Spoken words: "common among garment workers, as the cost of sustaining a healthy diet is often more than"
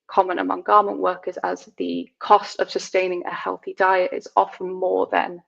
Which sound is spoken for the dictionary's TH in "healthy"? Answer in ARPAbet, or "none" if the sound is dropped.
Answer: TH